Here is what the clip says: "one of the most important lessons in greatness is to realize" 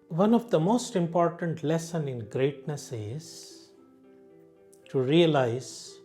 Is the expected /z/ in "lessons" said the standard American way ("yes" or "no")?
no